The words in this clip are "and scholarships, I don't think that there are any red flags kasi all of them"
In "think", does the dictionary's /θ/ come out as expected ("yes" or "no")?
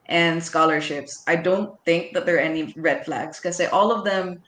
yes